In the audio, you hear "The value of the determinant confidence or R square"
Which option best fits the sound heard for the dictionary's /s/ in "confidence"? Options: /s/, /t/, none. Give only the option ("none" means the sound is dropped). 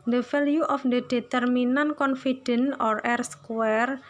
none